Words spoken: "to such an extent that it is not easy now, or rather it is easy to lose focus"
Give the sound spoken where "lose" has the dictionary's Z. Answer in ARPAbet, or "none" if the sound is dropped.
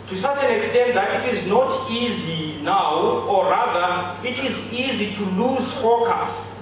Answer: Z